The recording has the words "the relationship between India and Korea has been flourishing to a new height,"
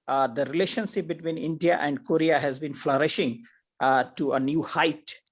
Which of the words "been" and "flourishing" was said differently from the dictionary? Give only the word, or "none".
none